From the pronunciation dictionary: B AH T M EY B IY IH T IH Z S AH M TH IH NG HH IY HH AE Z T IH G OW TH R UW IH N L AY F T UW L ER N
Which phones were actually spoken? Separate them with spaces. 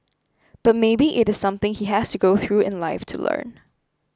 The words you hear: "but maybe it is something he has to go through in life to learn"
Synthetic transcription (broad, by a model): B AH T M EY B IY IH T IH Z S AH M TH IH NG HH IY HH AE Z T IH G OW TH R UW IH N L AY F T UW L ER N